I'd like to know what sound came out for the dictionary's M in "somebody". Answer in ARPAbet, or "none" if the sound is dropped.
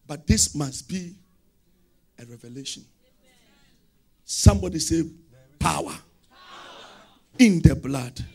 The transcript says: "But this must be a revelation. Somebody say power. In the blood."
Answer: M